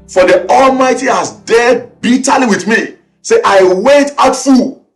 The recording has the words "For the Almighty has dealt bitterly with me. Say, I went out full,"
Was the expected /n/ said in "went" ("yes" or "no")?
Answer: no